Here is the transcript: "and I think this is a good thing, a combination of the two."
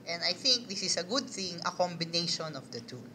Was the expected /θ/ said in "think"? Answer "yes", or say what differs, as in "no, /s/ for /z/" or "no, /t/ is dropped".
yes